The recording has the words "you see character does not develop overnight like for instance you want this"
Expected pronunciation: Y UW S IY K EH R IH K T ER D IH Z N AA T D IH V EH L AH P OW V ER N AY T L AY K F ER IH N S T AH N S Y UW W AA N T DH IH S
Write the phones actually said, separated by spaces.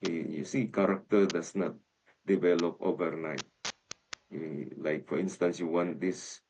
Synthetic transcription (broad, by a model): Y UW S IY K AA R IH K T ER D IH S N AA T D IH V EH L AH P OW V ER N AY T L AY K F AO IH N S T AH N S Y UW W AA N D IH S